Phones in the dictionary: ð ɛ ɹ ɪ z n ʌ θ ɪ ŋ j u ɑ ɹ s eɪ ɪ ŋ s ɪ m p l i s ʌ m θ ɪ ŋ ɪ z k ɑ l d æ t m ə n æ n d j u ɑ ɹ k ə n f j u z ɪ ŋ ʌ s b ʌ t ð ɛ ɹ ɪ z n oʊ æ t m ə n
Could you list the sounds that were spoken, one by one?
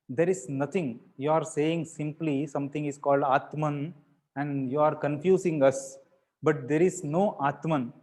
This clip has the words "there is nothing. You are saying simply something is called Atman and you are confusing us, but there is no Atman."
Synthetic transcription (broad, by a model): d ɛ ɹ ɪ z n ʌ t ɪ ŋ j u ɑ ɹ s eɪ ɪ ŋ s ɪ m p l i s ʌ m t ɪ ŋ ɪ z k ɑ l d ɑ t m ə n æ n d j u ɑ ɹ k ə n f j u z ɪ ŋ ʌ s b ʌ t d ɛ ɹ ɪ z n oʊ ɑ t m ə n